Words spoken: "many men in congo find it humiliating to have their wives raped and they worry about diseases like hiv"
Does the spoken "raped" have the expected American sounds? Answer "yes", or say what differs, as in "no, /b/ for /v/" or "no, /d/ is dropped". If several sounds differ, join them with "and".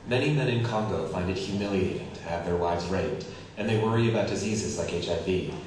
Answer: no, /p/ is dropped